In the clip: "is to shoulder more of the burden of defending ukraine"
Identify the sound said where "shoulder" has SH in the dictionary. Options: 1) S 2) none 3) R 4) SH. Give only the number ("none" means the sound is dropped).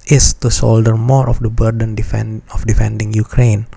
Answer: 1